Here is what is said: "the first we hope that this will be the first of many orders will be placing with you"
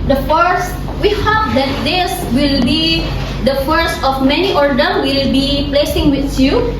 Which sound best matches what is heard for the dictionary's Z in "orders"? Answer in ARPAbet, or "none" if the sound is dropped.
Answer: none